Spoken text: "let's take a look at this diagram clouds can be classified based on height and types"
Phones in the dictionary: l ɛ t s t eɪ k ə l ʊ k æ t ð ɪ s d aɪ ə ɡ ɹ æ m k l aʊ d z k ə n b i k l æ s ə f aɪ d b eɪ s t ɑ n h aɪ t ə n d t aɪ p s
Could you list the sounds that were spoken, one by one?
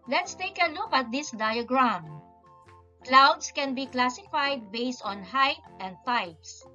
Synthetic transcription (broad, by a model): l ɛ t s t eɪ k ə l ʊ k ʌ t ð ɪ s d aɪ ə ɡ ɹ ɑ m k l aʊ d s k ə n b i k l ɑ s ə f aɪ d b eɪ s t ɑ n h aɪ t ə n d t aɪ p s